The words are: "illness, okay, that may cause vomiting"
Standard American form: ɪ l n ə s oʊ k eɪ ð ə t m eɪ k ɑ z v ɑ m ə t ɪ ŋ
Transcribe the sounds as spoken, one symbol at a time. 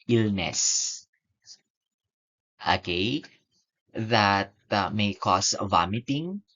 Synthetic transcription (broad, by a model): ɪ l n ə s oʊ k eɪ ð ə t m eɪ k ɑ s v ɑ m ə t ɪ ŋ